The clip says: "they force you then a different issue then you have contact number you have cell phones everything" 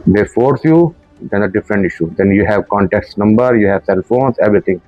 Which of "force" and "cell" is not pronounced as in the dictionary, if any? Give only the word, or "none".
none